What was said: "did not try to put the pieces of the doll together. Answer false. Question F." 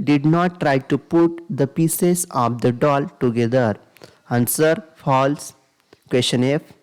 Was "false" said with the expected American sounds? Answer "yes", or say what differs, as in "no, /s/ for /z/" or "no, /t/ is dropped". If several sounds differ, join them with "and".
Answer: yes